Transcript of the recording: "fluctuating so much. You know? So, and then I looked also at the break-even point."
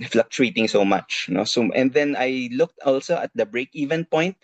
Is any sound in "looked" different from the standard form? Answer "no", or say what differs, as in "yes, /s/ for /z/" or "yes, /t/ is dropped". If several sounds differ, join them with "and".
no